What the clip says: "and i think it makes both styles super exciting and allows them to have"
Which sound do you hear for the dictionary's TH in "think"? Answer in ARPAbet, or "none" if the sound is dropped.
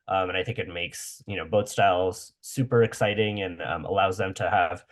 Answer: TH